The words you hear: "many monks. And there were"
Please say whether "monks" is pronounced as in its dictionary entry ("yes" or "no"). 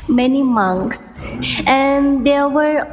yes